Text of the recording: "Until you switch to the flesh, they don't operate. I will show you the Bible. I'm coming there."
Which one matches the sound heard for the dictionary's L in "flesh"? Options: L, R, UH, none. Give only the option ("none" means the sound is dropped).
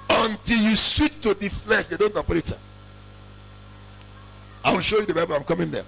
L